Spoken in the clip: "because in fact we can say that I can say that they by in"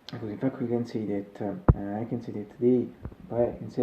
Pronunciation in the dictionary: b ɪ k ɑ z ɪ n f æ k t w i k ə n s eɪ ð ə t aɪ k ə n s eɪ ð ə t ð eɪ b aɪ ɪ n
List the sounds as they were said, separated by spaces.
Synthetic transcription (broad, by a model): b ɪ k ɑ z ɪ n f æ k t w i k ə n s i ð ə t aɪ k ə n s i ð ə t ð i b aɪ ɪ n